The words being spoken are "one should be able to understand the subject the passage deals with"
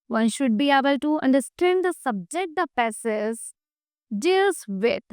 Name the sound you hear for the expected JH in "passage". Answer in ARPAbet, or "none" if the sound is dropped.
Z